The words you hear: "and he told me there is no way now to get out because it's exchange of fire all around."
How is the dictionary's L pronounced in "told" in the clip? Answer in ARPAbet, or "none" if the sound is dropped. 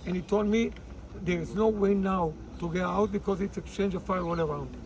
L